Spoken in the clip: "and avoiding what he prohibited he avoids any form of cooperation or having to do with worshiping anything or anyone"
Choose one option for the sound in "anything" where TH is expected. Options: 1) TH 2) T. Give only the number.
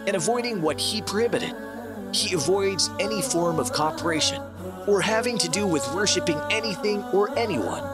1